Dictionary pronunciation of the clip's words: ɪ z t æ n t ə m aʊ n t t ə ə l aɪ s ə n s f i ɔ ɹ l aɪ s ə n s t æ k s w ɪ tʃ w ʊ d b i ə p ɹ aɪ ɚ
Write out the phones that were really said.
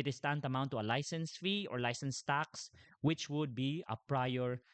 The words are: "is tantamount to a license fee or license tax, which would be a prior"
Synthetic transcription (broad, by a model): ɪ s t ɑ n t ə m aʊ n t t ə ə l aɪ s ə n s f i ɔ ɹ l aɪ s ə n s t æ k s w ɪ tʃ w ʊ d b i ə p ɹ aɪ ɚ